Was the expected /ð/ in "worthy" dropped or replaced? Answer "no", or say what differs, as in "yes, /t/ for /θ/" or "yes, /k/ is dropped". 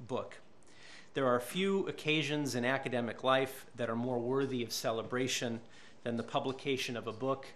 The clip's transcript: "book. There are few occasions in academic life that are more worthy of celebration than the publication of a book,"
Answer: no